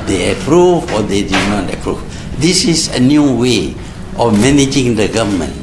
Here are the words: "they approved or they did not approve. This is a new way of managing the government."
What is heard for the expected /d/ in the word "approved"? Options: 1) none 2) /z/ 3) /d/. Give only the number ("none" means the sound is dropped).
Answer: 1